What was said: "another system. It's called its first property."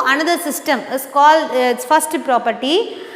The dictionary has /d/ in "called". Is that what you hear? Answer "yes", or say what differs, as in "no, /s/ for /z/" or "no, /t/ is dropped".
no, /d/ is dropped